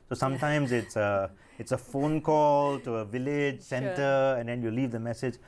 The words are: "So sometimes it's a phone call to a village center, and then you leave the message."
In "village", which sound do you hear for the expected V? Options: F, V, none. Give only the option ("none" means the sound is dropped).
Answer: V